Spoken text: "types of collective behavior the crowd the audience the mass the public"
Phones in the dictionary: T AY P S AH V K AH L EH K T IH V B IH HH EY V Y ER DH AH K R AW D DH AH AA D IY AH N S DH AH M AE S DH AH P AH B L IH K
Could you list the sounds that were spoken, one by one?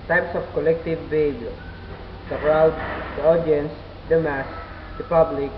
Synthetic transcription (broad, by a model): T AY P S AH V K AH L EH K T IH V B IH HH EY B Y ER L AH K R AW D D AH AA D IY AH N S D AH M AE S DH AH P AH B L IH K